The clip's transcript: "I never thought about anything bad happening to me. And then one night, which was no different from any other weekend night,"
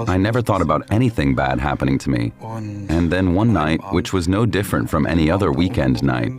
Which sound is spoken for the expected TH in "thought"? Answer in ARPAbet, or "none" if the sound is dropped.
TH